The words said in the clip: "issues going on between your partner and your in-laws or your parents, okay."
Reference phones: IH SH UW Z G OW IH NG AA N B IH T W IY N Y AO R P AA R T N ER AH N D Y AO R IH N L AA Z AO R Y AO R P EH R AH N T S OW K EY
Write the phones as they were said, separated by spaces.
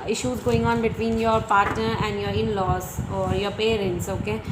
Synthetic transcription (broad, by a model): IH SH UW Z G OW IH NG AA N B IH T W IY N Y AO R P AA R T N ER AH N D Y AO R IH N L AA S AO R Y AO R P EH R AH N T S OW K EY